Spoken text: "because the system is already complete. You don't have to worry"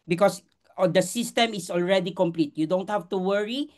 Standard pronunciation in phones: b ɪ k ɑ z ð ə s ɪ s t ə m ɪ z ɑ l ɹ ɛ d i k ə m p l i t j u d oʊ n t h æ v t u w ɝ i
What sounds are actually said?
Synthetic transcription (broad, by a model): b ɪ k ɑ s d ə s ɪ s t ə m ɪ s ɑ l ɹ ɛ d i k ə m p l i t j u d oʊ n t h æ f t u w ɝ i